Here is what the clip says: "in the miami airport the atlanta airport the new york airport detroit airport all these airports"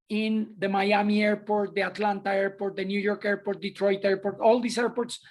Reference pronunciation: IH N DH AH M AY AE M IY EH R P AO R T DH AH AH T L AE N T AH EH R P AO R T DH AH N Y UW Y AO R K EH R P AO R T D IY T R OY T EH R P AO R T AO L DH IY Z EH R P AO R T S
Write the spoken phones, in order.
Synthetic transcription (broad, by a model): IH N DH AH M AY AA M IY EH R P AO R T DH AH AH T L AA N T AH EH R P AO R T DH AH N Y UW Y AO R K EH R P AO R T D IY T R OY T EH R P AO R T AO L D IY S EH R P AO R T S